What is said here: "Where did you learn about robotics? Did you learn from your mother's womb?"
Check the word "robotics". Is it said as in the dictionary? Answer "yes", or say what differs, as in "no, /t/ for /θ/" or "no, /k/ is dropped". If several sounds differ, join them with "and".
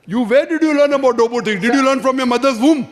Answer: no, /s/ is dropped